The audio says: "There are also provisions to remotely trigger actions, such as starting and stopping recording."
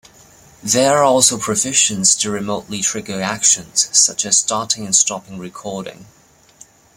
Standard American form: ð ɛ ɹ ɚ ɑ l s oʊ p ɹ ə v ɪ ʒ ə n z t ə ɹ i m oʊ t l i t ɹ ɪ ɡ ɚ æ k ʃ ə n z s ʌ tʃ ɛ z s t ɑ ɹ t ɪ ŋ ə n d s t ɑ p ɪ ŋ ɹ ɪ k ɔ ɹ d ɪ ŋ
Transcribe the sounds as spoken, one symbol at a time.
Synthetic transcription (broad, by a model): ð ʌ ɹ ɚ ɑ l s oʊ p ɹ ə f ɪ ʃ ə n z t ə ɹ i m oʊ t l i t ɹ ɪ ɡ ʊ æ k ʃ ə n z s ʌ tʃ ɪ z s t ɑ ɹ t ɪ ŋ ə n s t ɑ p ɪ ŋ ɹ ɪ k ɔ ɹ d ɪ ŋ